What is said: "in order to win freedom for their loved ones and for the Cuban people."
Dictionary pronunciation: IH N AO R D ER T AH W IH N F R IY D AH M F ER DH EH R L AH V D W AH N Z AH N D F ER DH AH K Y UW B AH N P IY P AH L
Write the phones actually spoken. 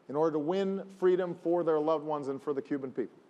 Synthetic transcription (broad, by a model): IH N AO R D ER T AH W IH N F R IY D AH M F ER DH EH R L AH V D W AH N Z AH N F ER DH AH K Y UW B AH N P IY P L